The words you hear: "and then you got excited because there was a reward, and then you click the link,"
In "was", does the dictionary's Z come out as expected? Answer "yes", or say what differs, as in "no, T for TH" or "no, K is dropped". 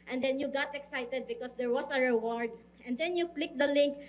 no, S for Z